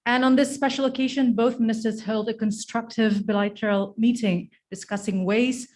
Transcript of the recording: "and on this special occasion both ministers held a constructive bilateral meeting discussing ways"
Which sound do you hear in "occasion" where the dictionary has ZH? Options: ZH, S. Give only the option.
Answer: ZH